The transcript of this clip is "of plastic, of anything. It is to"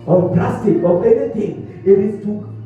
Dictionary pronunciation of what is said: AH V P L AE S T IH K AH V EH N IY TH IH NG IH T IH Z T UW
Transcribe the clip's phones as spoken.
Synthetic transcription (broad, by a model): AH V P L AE S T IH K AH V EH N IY T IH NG IH T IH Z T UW